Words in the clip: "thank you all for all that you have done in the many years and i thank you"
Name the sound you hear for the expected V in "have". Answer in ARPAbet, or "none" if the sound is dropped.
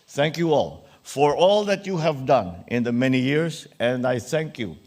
V